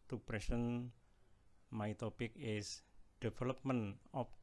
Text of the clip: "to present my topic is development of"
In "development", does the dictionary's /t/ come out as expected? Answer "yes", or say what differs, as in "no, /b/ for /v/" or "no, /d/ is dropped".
no, /t/ is dropped